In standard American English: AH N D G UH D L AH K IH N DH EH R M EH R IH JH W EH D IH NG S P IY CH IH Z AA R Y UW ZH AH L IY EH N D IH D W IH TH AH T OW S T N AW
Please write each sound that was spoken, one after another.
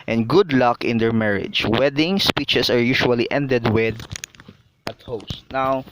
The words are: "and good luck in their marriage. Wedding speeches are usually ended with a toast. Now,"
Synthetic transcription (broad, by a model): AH N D G UH D L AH K IH N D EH R M EH R IH JH W EH D IH NG S P IY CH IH S AA R Y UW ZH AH L IY EH N D IH D W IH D AH T OW S T N AW